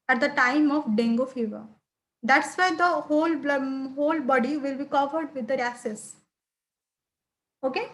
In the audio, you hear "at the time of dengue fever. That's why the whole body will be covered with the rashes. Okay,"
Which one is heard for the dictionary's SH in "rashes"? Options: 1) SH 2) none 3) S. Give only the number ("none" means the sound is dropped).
3